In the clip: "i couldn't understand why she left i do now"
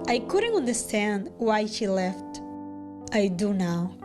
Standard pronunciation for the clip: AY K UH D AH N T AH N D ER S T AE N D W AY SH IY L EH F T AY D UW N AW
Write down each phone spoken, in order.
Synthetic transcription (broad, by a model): AY K UH D AH N T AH N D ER S T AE N D W AY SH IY L EH F T AY D UW N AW